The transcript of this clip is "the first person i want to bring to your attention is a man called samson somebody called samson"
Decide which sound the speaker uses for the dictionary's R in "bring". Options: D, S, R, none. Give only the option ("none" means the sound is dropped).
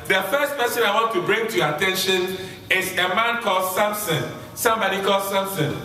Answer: R